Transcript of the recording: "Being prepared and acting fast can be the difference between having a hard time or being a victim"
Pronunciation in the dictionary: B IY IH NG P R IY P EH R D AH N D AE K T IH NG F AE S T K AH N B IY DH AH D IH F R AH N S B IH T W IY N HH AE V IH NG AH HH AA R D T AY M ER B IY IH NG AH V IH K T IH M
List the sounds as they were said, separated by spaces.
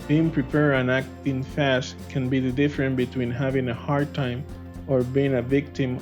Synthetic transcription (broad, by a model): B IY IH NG P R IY P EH R AH N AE K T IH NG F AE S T K AH N B IY DH AH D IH F R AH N B IH T W IY N HH AE V IH NG AH HH AA R D T AY M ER B IY IH NG AH V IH K T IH M